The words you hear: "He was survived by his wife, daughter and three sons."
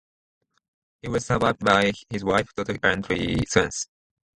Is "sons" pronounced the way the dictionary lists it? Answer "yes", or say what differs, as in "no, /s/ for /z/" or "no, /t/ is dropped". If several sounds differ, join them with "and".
no, /s/ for /z/